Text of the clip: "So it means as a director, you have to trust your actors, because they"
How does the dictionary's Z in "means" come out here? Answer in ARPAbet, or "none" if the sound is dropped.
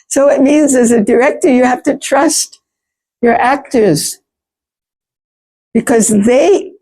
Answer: Z